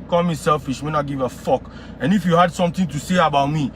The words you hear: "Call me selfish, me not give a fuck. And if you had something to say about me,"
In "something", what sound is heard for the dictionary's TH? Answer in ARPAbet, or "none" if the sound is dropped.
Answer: T